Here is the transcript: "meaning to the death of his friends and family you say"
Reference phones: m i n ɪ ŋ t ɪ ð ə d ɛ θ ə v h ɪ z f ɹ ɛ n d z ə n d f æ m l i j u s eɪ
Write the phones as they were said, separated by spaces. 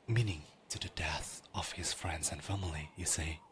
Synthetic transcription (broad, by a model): m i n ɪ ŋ t ɪ ð ə d ɛ θ ə v h ɪ z f ɹ ɛ n d z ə n f æ m l i j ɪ s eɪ